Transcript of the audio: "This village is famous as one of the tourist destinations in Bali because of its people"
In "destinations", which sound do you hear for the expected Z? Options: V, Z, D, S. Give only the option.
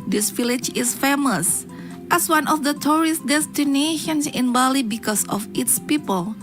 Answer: S